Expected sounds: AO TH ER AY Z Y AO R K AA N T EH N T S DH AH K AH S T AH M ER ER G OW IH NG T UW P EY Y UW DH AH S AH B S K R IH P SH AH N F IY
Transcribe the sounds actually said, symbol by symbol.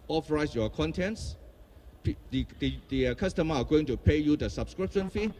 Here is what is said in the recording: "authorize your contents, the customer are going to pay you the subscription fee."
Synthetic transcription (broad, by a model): AO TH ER AY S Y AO K AA N T EH N T S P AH K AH S T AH M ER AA G OW IH NG T UW P EY Y UW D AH S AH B S K R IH P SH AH N F IY